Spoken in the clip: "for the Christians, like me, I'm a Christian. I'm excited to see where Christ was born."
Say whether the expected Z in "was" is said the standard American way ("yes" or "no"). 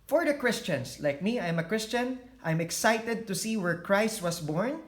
no